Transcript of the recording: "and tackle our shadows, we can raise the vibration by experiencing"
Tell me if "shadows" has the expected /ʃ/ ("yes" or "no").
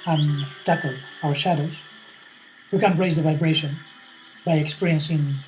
yes